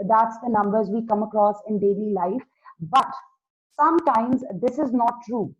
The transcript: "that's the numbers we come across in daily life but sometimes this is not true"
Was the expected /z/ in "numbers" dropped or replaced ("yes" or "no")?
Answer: no